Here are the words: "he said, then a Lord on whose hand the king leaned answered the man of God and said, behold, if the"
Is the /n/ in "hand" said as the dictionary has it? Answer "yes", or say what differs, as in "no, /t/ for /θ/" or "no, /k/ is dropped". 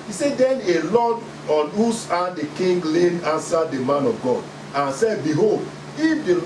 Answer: no, /n/ is dropped